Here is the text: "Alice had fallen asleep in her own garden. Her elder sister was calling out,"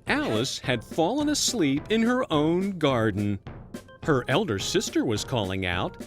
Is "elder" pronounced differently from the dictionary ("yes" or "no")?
no